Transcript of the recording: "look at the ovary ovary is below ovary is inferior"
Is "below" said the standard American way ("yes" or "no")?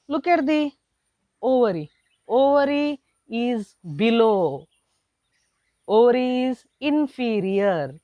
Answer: yes